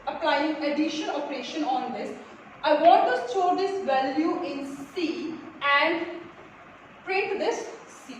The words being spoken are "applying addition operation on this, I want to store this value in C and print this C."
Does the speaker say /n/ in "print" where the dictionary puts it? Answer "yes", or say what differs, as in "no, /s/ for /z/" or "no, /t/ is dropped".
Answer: no, /n/ is dropped